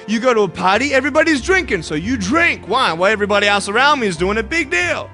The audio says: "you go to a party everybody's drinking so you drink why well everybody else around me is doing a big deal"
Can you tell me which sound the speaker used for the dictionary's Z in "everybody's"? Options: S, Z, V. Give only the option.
Z